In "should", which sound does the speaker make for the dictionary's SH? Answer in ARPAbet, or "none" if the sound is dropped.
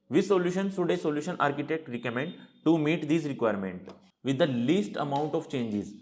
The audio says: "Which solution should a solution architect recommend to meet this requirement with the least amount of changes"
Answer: S